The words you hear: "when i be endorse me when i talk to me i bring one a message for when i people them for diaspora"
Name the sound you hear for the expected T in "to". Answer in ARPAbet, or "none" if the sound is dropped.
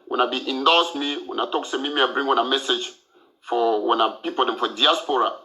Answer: S